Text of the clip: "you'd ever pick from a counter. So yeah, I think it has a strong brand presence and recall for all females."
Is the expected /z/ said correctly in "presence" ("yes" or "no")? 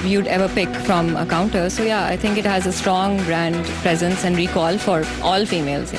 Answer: yes